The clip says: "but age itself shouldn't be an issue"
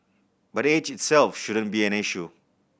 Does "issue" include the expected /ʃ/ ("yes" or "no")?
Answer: yes